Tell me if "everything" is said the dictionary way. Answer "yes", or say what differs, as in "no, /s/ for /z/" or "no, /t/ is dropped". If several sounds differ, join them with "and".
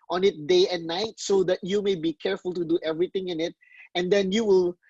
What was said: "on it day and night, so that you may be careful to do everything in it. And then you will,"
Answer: no, /t/ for /θ/